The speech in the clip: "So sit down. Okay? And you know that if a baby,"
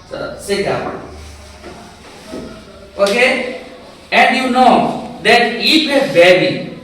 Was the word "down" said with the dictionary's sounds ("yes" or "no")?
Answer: no